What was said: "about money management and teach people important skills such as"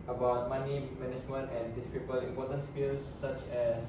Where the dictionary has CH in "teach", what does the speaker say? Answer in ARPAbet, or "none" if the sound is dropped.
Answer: S